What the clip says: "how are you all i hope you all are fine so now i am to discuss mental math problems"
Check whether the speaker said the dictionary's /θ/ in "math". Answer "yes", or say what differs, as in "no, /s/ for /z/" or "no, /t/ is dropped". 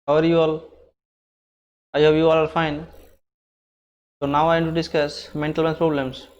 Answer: no, /s/ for /θ/